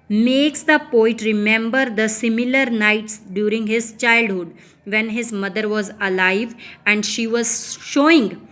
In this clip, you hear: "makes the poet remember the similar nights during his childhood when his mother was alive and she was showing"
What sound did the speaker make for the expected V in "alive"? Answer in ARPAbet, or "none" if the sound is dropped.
V